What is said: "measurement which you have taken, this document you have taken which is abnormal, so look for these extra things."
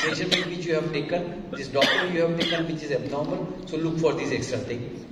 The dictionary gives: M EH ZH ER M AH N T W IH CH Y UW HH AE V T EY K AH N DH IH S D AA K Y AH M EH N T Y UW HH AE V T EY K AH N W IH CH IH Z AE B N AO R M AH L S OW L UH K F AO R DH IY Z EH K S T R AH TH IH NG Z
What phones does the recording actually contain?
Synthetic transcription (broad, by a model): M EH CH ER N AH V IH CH Y UW HH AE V T EY K AH N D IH S D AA K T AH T Y UW HH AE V T EY K AH N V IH CH IH Z AE B N AO R M AH L S OW L UH K F AO R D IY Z EH K S T R AH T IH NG